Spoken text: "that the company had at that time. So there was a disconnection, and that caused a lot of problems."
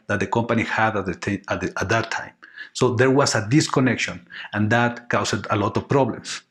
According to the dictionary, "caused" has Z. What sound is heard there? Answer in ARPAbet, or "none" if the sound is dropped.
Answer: S